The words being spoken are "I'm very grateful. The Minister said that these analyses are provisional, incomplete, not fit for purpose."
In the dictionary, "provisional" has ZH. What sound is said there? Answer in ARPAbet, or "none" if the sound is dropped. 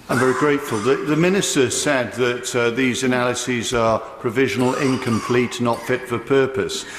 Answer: ZH